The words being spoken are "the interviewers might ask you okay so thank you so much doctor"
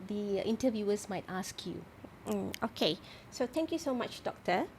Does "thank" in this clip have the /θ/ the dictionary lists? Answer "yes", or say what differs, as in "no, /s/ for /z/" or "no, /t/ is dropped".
no, /t/ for /θ/